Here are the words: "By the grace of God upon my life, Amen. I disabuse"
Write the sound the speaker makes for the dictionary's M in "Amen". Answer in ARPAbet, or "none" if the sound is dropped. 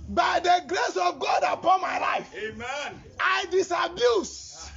none